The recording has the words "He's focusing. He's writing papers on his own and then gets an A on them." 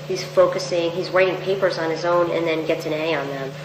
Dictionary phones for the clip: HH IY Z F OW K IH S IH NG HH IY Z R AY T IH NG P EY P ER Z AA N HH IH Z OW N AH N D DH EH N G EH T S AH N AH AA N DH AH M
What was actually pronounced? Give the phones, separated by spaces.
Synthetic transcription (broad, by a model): HH IY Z F OW K IH S IH NG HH IY Z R AY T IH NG P EY P ER Z N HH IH Z OW N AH N DH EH N G EH T S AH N AH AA N DH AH M